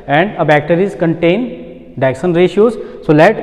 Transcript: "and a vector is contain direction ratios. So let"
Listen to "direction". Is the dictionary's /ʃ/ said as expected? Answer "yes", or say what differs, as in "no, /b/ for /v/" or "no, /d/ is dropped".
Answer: no, /s/ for /ʃ/